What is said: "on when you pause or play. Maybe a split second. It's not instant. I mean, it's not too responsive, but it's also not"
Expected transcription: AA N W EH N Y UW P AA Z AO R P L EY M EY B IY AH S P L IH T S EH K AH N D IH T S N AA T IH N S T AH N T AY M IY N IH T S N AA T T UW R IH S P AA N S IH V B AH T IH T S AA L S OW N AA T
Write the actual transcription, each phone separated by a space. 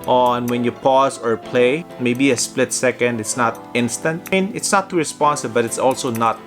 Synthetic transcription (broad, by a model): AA N W EH N Y UW P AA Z AO R P L EY M EY B IY AH S P L IH T S EH K AH N D IH T S N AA T IH N S T AH N T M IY N IH T S N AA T T UW R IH S P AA N S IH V B AH T IH T S AA L S OW N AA T